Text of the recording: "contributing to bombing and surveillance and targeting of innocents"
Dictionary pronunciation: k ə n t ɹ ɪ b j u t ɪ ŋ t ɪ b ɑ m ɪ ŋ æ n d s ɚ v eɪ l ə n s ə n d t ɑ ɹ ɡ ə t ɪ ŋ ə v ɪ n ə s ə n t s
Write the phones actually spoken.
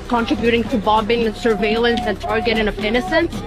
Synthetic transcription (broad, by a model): k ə n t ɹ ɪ b j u t ɪ ŋ t ɪ b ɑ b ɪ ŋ s ɚ v eɪ l ə n s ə n t ɑ ɹ ɡ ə t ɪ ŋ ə p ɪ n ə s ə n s